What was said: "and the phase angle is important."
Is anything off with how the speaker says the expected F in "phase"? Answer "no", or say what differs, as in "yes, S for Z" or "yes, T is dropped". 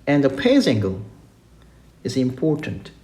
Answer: yes, P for F